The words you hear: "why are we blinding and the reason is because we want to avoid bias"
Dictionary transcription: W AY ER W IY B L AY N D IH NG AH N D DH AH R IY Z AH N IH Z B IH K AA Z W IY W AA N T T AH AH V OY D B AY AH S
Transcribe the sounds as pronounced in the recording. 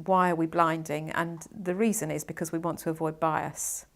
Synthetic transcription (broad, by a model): W AY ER W IY B L AY N D IH NG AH N DH AH R IY Z AH N IH Z B IH K AA Z W IY W AA N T T AH AH V OY D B AY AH S